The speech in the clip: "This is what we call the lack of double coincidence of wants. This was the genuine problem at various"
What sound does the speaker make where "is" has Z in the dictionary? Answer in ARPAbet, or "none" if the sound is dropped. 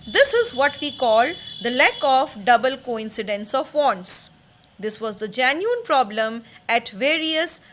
Z